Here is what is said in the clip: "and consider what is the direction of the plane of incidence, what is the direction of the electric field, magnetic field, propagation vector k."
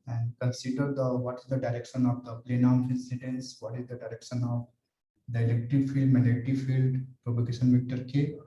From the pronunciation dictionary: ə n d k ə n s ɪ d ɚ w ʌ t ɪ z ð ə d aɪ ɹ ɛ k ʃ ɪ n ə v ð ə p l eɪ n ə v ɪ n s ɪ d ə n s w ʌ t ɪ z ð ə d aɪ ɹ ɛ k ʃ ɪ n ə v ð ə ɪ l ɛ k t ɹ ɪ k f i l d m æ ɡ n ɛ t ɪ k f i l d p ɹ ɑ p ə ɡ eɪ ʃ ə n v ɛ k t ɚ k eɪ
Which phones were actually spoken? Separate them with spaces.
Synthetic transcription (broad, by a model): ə n d k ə n s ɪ d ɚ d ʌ t ɪ z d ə d aɪ ɹ ɛ k ʃ ɪ n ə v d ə p l eɪ n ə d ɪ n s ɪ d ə n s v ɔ t ɪ z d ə d aɪ ɹ ɛ k ʃ ɪ n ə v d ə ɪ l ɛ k t ɪ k f i l d m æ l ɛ t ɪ f i l d p ɹ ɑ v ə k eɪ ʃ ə n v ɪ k t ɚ k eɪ